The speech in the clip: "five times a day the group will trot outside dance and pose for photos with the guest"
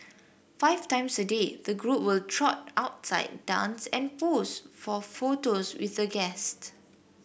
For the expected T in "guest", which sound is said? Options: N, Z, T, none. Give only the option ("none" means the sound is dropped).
T